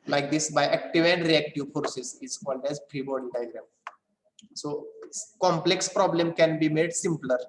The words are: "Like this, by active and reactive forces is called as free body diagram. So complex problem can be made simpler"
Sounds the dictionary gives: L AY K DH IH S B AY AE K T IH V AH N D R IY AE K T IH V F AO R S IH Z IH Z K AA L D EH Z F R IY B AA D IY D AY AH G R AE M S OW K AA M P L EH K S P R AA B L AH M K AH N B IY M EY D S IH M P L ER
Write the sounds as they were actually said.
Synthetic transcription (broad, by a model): L AY K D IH S B AY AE K T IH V AH N D R IY AE K T IH V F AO R S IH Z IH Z K AA L D EH Z P R IY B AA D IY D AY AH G R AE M S OW K AA M P L EH K S P R AA B L AH M K AH N B IY M EY D S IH M P L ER